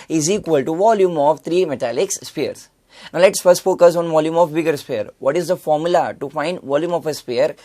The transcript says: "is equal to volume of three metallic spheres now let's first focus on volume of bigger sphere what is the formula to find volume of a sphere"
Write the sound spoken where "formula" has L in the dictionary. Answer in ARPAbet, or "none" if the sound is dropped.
L